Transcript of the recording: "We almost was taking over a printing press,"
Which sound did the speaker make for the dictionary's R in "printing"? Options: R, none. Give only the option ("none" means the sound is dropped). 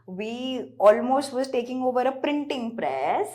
R